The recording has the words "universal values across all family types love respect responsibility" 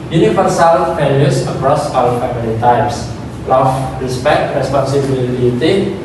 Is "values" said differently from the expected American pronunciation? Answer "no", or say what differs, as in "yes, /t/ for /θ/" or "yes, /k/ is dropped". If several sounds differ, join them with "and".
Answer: yes, /p/ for /v/ and /s/ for /z/